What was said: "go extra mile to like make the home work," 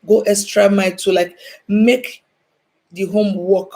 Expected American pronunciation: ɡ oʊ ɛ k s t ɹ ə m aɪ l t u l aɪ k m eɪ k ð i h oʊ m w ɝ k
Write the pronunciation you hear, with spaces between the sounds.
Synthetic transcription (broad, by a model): ɡ oʊ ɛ s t ɹ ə m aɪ t u l aɪ k m eɪ k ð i h oʊ m w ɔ k